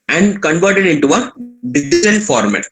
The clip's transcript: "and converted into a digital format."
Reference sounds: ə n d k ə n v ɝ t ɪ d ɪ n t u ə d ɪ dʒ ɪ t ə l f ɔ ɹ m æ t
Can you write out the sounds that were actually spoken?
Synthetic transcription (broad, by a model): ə n d k ə n v ɝ t ɪ d ɪ n t u ə d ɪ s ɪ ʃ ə n f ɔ ɹ m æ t